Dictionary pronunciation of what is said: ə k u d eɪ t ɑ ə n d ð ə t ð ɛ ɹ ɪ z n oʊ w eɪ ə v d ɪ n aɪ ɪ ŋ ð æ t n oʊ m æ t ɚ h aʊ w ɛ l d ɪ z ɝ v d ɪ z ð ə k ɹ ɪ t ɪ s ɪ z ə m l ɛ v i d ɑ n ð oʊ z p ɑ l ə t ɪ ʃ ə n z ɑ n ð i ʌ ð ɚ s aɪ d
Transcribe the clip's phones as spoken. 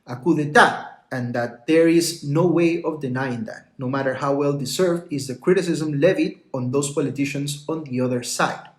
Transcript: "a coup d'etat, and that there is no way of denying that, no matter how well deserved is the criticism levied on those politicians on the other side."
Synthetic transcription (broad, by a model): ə k u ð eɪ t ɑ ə n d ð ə t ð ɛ ɹ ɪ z n oʊ w eɪ ə v d ɪ n aɪ ɪ ŋ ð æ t n oʊ m æ t ɚ h aʊ w ɛ l d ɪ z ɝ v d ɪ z ð ə k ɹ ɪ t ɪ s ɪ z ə m l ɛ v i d ɑ n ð oʊ s p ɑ l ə t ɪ ʃ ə n s ɑ n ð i ʌ ð ɚ s aɪ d